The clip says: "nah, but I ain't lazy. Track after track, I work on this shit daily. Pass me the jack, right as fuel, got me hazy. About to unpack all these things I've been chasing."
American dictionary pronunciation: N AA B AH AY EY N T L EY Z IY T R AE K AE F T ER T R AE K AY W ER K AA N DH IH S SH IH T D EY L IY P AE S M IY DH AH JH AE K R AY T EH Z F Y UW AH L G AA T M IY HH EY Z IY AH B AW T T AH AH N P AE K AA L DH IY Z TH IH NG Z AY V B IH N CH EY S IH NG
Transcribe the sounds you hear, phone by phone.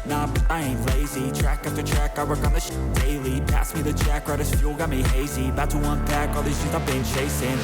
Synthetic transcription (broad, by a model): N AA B AY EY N L EY Z IY T R AE K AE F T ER T R AE K AY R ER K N DH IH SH D EY L IY P AE S M IY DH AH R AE K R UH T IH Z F Y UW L G AA T M IY HH EY Z IY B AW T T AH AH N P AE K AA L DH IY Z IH Z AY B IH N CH EY S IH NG